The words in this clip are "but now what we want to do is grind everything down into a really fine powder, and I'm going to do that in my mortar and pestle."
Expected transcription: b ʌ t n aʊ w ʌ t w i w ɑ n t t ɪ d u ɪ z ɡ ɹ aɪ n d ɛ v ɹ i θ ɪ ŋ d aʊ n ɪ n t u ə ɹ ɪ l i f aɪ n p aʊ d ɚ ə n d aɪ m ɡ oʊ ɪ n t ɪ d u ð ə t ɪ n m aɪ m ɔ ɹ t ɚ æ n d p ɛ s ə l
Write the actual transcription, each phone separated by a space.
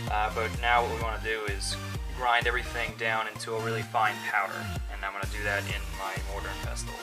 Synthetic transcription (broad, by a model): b ʌ t n aʊ w ʌ t w i w ɑ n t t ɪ d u ɪ z ɡ ɹ aɪ n d ɛ v ɹ i θ ɪ ŋ d aʊ n ɪ n t u ə ɹ ɪ l i f aɪ n p aʊ d ɚ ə n aɪ m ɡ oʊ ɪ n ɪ d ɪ ð ə t ɪ n m aɪ m ɔ ɹ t ɚ n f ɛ s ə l